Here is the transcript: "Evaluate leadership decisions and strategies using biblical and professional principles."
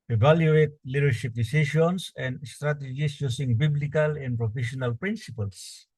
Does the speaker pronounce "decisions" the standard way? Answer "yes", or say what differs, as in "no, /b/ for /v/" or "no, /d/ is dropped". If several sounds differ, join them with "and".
no, /ʃ/ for /ʒ/ and /s/ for /z/